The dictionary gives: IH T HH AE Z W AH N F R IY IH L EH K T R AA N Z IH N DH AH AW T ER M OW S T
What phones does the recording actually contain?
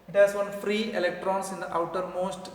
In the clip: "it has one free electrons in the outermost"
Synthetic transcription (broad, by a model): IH T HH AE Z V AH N F R IY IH L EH K T R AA N S IH N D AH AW T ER M OW S T